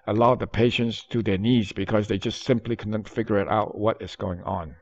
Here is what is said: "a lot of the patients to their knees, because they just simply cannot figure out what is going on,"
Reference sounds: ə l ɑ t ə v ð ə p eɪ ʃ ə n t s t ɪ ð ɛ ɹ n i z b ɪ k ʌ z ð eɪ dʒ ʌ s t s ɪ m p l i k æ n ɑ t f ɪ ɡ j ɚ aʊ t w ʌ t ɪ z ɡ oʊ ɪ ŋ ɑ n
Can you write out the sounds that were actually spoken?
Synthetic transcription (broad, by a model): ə l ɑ ə ð ə p eɪ ʃ ə n t s t ɪ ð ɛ ɹ n i z b ɪ k ʌ z ð eɪ dʒ ʌ s t s ɪ m p l i k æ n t f ɪ ɡ j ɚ aʊ t w ʌ t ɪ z ɡ oʊ ɪ ŋ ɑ n